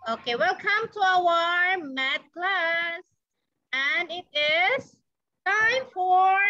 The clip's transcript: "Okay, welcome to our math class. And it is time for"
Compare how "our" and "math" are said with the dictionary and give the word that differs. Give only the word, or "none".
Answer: math